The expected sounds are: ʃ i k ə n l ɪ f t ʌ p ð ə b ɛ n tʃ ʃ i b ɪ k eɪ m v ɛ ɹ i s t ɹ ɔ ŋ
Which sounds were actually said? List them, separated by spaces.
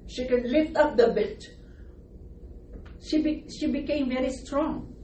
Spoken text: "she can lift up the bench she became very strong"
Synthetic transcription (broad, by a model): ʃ i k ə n l ɪ f t ʌ p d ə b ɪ l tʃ ʃ i b ɪ k eɪ m v ɛ ɹ i s t ɹ ɔ ŋ